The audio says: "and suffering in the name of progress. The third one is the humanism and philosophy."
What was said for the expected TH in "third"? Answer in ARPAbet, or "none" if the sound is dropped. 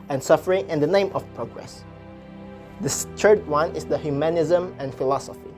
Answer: S